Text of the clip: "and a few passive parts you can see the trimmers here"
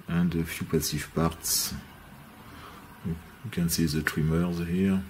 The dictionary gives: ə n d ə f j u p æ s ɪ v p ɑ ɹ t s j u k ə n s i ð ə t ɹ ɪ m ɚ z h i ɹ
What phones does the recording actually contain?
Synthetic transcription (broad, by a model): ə n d ə f j u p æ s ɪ f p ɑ ɹ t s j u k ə n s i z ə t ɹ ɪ m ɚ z h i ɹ